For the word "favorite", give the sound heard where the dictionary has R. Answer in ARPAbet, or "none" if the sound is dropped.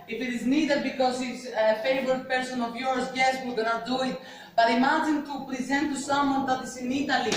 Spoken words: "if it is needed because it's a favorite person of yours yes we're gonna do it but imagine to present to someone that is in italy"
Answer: none